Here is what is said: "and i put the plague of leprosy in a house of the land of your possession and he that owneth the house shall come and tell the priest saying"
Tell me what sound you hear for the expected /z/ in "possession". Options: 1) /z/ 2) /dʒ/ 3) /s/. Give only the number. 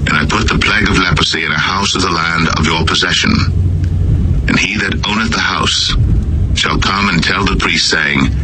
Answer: 1